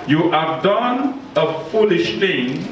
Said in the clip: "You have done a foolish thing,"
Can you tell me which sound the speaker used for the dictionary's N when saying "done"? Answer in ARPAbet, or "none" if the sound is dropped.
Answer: N